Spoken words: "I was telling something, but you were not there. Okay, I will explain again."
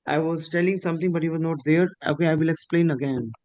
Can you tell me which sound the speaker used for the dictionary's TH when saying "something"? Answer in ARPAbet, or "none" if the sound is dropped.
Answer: T